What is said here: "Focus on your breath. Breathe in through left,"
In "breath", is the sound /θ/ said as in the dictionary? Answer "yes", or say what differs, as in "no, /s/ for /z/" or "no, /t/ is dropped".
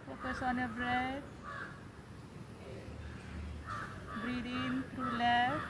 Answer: no, /t/ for /θ/